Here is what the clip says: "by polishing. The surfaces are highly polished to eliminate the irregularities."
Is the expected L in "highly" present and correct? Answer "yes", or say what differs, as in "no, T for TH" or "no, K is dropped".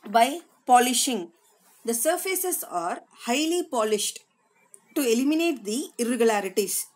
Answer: yes